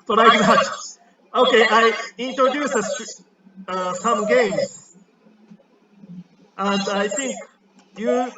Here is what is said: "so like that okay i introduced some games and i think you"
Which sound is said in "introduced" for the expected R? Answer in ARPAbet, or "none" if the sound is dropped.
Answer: none